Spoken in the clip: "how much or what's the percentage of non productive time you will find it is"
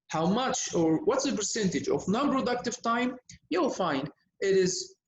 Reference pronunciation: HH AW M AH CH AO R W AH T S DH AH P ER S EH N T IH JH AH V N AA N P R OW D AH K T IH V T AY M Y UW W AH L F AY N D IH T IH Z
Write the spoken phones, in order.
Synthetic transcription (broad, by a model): HH AW M AH CH AO R W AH T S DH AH P ER S EH N T IH JH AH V N AA N P R OW D AH K T IH V T AY M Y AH F AY N IH T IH Z